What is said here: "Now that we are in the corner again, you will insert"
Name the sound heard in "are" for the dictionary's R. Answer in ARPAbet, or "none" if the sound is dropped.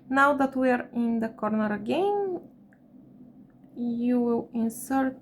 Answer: R